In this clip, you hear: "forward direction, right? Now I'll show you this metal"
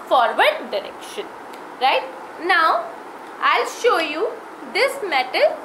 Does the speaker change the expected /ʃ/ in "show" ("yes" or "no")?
no